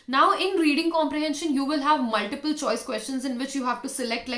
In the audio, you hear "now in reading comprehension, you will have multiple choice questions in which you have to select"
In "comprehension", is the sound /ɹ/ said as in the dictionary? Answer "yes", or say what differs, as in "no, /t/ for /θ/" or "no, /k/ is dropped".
yes